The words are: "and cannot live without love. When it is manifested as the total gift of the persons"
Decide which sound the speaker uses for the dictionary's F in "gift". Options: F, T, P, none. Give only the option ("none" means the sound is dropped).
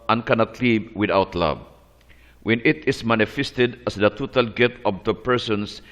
none